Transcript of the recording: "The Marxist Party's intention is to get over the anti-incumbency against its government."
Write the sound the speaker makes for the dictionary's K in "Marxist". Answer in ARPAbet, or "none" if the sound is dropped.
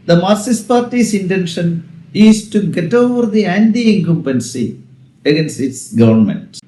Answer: none